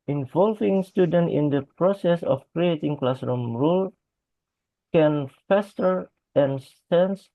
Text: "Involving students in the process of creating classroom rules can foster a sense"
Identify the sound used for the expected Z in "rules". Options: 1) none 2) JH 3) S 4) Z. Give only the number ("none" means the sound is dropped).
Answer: 1